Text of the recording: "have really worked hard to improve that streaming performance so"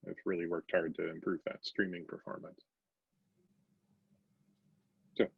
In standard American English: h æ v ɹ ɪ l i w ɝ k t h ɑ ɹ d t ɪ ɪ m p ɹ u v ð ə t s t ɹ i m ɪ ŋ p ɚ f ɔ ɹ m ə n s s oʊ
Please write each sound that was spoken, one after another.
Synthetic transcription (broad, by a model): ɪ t ɹ ɪ l i w ɝ k t h ɑ ɹ d t ɪ ɪ m p ɹ u v ð ə t s t ɹ i m ɪ ŋ p ɚ f ɔ ɹ m ə n s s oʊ